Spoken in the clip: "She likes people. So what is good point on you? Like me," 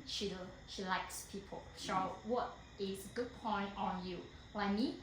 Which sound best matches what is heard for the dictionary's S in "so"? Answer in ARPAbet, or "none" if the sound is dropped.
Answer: SH